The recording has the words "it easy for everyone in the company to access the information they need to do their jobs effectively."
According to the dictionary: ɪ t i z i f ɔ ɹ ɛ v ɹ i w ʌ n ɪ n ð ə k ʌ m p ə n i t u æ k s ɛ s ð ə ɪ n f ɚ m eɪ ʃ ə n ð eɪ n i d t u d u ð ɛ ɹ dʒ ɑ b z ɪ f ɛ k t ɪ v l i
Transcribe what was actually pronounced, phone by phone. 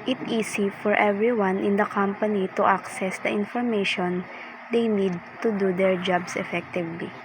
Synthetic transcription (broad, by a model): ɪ t i s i f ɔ ɹ ɛ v ɹ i w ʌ n ɪ n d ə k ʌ m p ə n i t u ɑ k s ɛ s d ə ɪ n f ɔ m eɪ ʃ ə n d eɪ n i d t u d u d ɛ ɹ dʒ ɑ b s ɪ f ɛ k t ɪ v l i